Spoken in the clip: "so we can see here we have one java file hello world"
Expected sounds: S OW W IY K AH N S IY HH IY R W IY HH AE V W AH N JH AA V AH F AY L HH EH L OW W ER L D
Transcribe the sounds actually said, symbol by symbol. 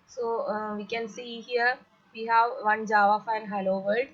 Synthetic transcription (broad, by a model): S OW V IY K AH N S IY HH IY R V IY HH AE V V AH N JH AA V AH F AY N HH EH L OW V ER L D